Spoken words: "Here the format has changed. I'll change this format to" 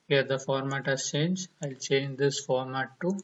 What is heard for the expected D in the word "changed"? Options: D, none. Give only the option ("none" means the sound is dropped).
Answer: none